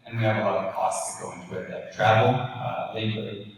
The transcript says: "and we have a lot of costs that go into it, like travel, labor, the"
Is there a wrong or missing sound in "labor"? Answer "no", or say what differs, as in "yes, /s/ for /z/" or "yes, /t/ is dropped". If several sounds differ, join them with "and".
yes, /b/ is dropped